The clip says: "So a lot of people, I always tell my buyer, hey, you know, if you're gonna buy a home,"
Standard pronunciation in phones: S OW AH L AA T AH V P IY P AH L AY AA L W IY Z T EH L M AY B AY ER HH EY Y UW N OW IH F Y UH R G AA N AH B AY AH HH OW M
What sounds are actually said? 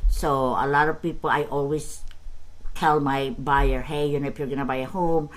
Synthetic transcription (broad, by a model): S OW AH L AA T AH V P IY P AH L AY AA L W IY S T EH L M AY B AY ER HH EY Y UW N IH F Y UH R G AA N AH B AY AH HH OW M